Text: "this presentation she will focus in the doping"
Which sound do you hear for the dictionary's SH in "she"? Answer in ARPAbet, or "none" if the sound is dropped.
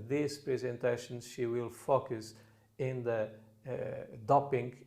SH